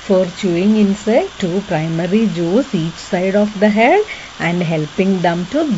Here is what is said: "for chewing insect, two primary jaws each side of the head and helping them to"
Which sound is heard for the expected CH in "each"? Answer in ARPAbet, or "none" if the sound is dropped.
CH